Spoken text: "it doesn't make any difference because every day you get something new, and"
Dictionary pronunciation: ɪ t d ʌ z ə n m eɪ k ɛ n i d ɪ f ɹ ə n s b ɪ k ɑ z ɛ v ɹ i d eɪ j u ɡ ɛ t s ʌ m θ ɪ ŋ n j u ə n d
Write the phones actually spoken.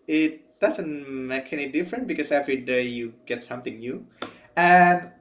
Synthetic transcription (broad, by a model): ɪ t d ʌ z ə n m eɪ k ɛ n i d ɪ f ɹ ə n b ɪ k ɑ s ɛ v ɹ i d eɪ j u ɡ ɛ t s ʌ m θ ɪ ŋ n j u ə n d